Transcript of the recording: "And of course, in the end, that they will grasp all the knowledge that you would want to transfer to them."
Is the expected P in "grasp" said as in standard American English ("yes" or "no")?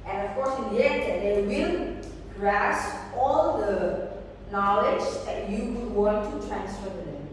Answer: no